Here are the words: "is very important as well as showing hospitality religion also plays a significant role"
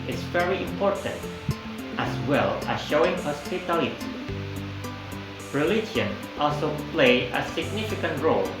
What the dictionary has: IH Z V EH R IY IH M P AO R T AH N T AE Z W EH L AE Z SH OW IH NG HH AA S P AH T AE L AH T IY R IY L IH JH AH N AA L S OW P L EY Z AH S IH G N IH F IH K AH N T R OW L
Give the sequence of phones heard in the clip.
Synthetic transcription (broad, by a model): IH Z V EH R IY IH M P AO R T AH N T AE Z W EH L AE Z SH OW IH NG HH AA S P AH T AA L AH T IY R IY L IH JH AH N AA L S OW P L EY AH S IH G N IH F IH K AH N T R OW L